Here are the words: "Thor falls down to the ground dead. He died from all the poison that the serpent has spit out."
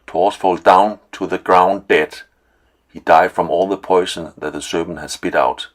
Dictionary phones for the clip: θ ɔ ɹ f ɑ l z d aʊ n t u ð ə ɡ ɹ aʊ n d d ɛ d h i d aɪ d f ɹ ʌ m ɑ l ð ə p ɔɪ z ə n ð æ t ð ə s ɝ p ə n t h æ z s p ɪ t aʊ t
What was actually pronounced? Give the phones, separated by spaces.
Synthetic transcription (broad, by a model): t ɔ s f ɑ l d d aʊ n t u ð ə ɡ ɹ aʊ n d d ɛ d h i d aɪ d f ɹ ʌ m ɑ l ð ə p ɔɪ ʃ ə n ð æ t ð ə s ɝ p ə n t h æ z s p ɪ t aʊ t